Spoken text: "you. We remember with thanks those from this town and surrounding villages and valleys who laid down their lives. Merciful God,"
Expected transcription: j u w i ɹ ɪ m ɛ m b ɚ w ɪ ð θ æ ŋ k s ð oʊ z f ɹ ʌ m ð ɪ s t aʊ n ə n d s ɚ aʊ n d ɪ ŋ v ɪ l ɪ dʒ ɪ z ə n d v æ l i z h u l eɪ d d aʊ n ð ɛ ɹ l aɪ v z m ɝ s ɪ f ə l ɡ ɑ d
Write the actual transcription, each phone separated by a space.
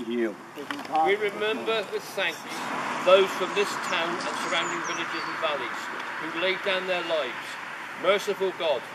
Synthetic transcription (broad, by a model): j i w i ɹ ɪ m ɛ m b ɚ w ɪ ð s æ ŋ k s ð oʊ z f ɹ ʌ m ð ɪ s t aʊ n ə n s ɚ aʊ n d ɪ ŋ v ɪ l ɪ dʒ ɪ z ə n v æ l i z h u l eɪ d d aʊ n ð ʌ ɹ l aɪ v z m ɝ s ɪ f ə l ɡ ɑ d